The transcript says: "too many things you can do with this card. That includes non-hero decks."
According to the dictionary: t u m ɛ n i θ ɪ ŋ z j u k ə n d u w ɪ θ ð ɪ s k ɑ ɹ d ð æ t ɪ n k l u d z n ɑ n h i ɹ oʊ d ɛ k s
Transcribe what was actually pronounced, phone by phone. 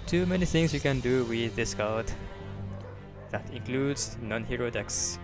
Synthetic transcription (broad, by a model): t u m ɛ n i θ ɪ ŋ s j u k ə n d u w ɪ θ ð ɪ s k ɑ l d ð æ t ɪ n k l u d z n ɑ n h i ɹ oʊ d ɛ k s